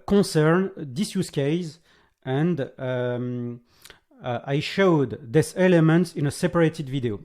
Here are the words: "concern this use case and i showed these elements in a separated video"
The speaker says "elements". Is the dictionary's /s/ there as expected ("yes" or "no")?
yes